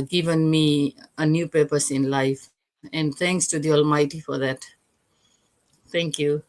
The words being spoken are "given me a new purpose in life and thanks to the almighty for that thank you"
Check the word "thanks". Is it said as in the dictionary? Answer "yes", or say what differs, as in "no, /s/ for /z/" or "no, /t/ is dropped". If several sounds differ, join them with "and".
no, /t/ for /θ/